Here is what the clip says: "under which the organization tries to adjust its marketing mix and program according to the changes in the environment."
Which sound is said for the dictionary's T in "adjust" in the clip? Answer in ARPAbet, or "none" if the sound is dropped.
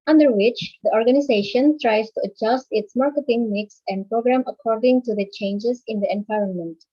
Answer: T